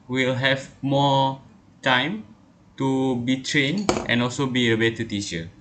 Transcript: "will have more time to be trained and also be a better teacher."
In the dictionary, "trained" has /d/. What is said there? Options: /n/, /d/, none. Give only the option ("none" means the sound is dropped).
none